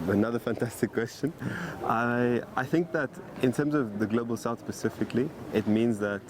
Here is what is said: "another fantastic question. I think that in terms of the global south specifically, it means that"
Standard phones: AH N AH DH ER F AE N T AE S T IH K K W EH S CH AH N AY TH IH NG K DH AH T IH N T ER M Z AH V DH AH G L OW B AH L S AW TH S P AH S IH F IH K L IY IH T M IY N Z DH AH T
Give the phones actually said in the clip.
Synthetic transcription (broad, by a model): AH N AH DH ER F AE N T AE S T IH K K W EH S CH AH N AY TH IH NG K DH AH T IH N T ER M Z AH V DH AH G L OW B AH L S AW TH S P AH S IH F IH K L IY IH T M IY N Z DH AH T